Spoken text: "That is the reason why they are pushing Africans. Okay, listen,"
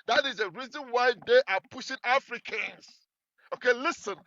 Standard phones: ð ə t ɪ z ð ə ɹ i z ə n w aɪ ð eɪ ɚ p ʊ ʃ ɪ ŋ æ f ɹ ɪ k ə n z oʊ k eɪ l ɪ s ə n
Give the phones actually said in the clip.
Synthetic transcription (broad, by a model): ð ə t ɪ z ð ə ɹ i z ə n w aɪ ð eɪ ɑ p ʊ ʃ ɪ ŋ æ f ɹ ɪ k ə n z oʊ k eɪ l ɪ s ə n